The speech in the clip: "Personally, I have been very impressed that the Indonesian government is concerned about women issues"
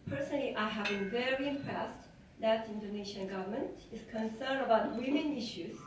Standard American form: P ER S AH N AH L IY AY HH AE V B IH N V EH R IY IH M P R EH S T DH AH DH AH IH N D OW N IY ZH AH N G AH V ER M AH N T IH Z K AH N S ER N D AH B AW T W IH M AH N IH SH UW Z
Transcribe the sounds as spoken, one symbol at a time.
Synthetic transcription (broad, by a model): P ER S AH N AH L IY AY HH AE V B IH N V EH R IY IH M P R EH S T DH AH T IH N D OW N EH SH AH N G AH V ER M AH N T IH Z K AH N S ER N D AH B AW T W IH M AH N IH SH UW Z